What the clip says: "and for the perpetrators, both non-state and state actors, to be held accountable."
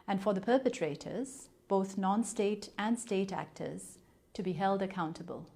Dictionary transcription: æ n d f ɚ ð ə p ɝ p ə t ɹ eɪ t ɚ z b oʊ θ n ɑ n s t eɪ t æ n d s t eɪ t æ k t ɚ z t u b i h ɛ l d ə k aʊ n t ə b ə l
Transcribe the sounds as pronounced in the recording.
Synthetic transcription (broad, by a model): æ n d f ɚ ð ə p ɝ p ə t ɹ eɪ t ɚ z b oʊ θ n ɑ n s t eɪ t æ n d s t eɪ t æ k t ɚ z t u b i h ɛ l d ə k aʊ n t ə b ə l